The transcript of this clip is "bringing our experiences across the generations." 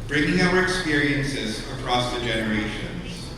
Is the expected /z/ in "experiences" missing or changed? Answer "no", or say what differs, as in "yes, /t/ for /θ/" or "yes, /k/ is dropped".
no